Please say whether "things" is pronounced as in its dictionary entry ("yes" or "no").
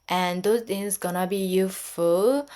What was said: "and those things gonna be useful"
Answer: no